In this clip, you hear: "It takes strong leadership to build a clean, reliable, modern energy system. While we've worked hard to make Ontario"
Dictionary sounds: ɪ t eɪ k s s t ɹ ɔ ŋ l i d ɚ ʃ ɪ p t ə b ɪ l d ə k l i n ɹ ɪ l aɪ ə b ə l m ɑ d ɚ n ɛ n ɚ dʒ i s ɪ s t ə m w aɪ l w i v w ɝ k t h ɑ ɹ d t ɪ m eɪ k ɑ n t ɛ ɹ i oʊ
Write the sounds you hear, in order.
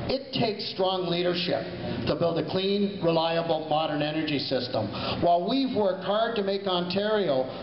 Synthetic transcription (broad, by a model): ɪ t eɪ k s s t ɹ ɔ ŋ l i d ɚ ʃ ɪ p t ə b ɪ l d ə k l i n ɹ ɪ l aɪ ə b l m ɑ d ɚ n ɛ n ɚ dʒ i s ɪ s t ə m w aɪ l w i v w ɝ k t h ɑ ɹ d t ɪ m eɪ k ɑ n t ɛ ɹ i oʊ